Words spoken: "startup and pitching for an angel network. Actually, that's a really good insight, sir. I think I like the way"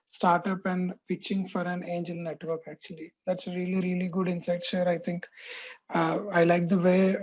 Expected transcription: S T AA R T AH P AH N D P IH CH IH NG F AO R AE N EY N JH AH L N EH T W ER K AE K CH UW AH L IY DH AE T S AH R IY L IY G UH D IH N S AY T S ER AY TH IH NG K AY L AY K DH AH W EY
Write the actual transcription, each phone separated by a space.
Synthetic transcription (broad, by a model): S T AA R T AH P AH N D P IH CH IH NG F AO R AE N EY N JH AH L N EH T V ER K AE K CH UW AH L IY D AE T S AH R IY L IY G UH D IH N S AY T SH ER AY T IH NG K AY L AY K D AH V EY